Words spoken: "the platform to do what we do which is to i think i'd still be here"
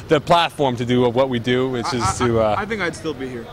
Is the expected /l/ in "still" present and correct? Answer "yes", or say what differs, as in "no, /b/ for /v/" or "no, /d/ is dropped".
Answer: yes